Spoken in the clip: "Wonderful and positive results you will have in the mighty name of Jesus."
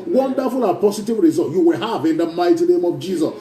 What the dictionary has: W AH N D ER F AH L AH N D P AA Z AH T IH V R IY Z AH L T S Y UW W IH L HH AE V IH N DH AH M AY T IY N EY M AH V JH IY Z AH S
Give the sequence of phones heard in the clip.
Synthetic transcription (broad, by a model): W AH N D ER F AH L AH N P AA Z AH T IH V R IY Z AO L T Y UW W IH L HH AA V IH N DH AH M AY T IY N EY M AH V JH IY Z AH S